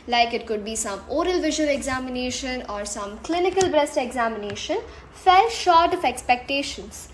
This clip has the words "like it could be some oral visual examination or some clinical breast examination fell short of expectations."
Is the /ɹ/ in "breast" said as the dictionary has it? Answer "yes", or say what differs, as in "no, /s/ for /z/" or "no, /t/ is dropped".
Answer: yes